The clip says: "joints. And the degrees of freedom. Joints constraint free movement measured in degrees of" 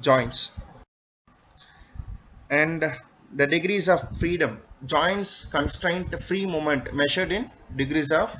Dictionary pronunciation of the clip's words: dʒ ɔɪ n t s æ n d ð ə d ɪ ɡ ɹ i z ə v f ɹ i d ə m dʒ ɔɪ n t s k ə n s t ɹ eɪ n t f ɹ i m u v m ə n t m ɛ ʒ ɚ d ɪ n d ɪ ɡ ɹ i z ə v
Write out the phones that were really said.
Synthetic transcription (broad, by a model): dʒ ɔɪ n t s æ n d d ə d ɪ ɡ ɹ i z ə v f ɹ i d ə m dʒ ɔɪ n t s k ə n s t ɹ eɪ n t f ɹ i m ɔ m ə n t m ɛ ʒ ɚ d ɪ n d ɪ ɡ ɹ i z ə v